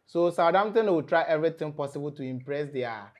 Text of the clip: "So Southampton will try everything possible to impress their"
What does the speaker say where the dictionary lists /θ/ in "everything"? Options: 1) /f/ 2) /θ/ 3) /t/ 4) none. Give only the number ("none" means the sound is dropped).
3